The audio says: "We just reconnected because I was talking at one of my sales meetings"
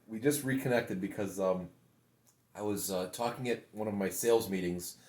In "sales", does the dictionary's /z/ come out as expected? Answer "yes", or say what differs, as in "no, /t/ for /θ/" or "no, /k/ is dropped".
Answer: yes